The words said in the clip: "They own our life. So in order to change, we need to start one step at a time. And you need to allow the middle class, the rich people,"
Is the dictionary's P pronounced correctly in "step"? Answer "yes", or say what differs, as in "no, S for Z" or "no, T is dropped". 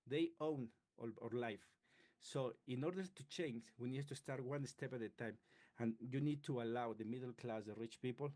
yes